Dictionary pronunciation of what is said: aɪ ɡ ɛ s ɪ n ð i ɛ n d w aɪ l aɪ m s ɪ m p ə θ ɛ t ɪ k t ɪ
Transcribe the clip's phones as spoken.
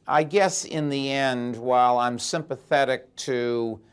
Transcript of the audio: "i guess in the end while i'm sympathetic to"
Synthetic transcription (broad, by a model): aɪ ɡ ɛ s ɪ n ð i ɛ n d w aɪ l aɪ m s ɪ m p ə θ ɛ t ɪ k t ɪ